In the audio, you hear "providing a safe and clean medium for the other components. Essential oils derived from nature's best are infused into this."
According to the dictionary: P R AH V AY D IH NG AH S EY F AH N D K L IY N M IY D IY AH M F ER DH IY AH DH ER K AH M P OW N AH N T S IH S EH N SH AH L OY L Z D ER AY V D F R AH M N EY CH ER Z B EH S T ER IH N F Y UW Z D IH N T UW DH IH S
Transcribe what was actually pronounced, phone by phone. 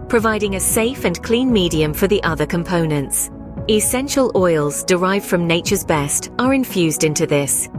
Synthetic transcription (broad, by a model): P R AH V AY D IH NG AH S EY F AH N K L IY N M IY D IY AH M F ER DH IY AH DH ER K AH M P OW N AH N T S IH S EH N SH AH L OY L Z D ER AY V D F R AH M N EY CH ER Z B EH S T ER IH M F Y UW Z D IH N T UW DH IH S